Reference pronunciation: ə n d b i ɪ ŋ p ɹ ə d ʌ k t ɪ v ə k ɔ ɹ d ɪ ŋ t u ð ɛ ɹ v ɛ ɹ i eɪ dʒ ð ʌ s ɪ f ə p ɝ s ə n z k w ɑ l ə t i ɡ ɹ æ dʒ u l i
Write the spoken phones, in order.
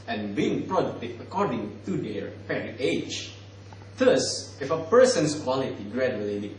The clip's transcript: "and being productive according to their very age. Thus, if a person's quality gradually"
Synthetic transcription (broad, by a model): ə n b i ɪ ŋ p ɹ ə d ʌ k t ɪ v ə k ɔ ɹ d ɪ ŋ t u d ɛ ɹ p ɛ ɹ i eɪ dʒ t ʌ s ɪ f ə p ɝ s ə n s k w ɑ l ə t i ɡ ɹ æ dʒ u l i